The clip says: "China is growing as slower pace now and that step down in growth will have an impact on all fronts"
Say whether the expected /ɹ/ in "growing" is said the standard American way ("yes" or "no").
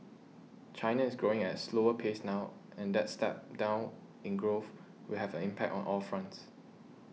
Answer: yes